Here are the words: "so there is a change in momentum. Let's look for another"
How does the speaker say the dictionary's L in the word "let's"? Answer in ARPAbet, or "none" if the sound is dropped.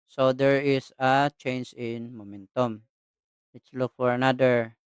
W